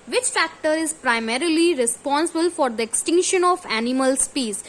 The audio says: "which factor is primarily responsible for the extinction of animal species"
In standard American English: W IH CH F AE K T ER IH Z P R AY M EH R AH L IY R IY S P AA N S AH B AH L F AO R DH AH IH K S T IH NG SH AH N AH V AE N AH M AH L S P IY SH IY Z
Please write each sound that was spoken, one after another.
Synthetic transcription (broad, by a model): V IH CH F AE K T ER IH Z P R AY M EH R AH L IY R IY S P AA N S AH B AH L F AO R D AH IH K S T IH NG SH AH N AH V AE N AH M AH L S P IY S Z